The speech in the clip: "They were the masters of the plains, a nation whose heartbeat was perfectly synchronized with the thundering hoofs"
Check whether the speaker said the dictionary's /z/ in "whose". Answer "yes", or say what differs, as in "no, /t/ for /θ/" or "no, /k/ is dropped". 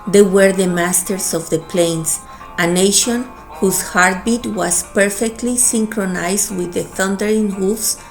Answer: no, /s/ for /z/